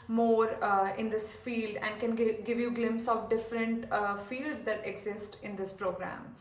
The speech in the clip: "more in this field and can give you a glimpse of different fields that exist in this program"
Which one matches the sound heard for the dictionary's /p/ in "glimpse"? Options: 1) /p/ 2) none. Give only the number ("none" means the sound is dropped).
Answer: 1